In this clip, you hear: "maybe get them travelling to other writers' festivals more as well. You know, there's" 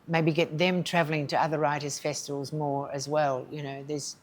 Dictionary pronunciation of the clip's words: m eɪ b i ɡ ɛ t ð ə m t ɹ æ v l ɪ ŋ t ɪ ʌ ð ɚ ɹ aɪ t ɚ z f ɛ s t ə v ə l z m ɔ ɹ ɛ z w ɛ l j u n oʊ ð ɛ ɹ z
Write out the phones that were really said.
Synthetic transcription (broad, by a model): m eɪ b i ɡ ɛ t ð ə m t ɹ æ v l ɪ ŋ t ɪ ʌ ð ɚ ɹ aɪ t ɚ z f ɛ s t ə v ə l z m ɔ ɹ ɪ z w ɛ l j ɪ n oʊ ð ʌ ɹ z